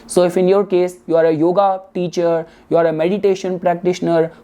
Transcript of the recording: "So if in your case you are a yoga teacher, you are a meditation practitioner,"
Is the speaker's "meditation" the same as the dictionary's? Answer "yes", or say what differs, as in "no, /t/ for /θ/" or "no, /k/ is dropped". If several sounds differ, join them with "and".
yes